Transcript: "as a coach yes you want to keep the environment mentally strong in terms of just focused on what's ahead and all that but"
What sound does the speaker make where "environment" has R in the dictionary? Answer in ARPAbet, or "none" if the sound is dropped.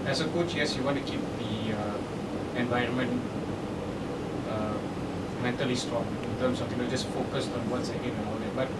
R